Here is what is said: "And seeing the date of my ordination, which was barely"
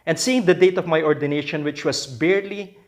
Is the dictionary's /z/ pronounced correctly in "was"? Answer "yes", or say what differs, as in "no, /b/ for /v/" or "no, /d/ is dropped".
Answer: no, /s/ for /z/